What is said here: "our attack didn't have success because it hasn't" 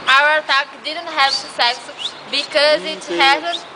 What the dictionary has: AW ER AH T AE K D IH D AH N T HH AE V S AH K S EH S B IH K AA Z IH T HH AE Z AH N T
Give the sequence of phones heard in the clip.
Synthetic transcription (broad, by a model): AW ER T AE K D IH D AH N T HH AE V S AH S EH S B IH K AA Z IH T HH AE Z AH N